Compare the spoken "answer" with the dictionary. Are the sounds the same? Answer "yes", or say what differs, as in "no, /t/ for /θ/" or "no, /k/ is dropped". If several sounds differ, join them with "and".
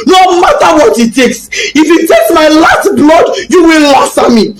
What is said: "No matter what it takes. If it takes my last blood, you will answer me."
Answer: no, /n/ is dropped